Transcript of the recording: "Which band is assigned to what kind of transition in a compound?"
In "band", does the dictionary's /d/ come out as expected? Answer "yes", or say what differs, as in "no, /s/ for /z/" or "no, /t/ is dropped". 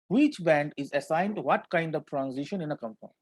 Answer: yes